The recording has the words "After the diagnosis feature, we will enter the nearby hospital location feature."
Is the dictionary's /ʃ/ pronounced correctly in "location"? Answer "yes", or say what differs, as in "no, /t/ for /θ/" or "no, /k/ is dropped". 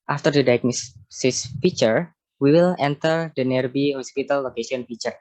no, /s/ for /ʃ/